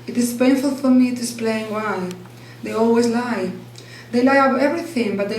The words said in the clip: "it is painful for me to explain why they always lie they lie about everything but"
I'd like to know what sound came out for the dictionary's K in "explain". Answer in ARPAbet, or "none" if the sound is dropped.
none